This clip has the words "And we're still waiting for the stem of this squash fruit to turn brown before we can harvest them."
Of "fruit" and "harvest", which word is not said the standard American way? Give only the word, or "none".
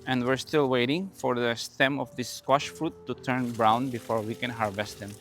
none